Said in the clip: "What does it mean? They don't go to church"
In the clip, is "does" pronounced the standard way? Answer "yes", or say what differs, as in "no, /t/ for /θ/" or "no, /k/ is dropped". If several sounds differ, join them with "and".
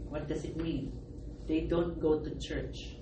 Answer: no, /s/ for /z/